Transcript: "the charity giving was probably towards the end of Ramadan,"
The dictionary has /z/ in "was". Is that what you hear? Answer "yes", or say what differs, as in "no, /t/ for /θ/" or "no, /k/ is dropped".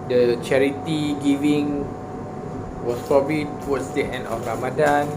no, /s/ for /z/